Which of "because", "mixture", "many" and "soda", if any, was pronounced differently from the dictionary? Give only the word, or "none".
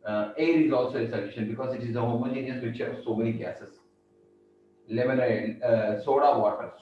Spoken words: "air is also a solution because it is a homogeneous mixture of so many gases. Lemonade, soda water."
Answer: mixture